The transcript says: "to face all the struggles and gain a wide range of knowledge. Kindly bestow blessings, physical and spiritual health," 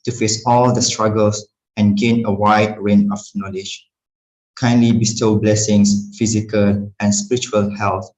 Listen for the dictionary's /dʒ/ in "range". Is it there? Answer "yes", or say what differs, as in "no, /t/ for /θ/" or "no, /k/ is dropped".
no, /dʒ/ is dropped